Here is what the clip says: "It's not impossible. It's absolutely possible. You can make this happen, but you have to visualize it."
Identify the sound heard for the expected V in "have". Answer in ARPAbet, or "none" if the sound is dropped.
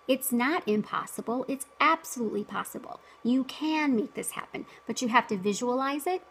F